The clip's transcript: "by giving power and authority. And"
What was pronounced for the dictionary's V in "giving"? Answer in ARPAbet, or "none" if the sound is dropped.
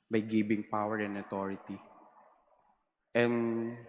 B